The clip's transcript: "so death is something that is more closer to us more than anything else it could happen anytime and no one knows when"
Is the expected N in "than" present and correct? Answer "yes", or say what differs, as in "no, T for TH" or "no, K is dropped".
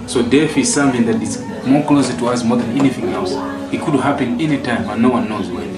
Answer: yes